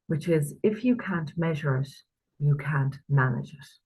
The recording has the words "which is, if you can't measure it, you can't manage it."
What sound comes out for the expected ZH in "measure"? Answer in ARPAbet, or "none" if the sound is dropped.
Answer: ZH